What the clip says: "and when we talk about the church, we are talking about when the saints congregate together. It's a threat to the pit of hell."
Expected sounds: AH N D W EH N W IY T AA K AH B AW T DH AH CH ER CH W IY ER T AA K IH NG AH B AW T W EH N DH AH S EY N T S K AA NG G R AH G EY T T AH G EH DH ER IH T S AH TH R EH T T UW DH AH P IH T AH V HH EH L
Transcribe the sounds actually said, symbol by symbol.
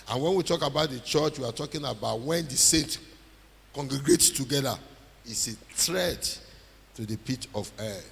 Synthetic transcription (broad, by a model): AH N W EH N W IY T AA K AH B AW T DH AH CH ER CH W IY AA T AA K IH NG AH B AW T W EH N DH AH S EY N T K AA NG G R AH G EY T T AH G EH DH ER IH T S AH T R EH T T UW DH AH P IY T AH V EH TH